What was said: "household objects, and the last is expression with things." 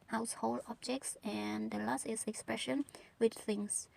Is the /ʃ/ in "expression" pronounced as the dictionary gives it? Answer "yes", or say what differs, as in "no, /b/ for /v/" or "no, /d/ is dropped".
yes